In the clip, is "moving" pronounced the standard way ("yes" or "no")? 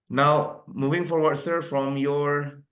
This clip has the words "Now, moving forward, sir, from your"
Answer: yes